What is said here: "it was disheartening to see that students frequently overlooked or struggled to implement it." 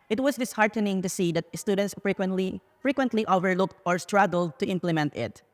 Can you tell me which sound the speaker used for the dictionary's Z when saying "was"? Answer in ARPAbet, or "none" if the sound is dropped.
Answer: S